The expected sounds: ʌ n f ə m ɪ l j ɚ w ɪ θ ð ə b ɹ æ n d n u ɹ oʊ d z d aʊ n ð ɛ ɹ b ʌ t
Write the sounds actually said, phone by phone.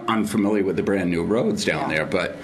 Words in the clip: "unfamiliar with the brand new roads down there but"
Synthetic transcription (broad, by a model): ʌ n f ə m ɪ l j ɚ w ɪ ð ə b ɹ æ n n u ɹ oʊ d z d aʊ n ð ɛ ɹ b ʌ t